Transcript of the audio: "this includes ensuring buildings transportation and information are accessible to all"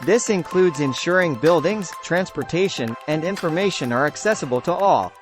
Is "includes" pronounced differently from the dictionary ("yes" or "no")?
no